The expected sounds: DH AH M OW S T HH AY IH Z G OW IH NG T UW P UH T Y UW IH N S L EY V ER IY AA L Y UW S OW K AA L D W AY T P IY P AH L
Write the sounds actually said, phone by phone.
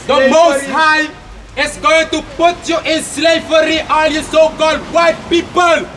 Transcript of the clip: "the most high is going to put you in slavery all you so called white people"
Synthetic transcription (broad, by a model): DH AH M OW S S HH AY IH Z G OW IH NG T UW P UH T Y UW IH N S L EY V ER IY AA N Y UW S OW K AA L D W AY T P IY P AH L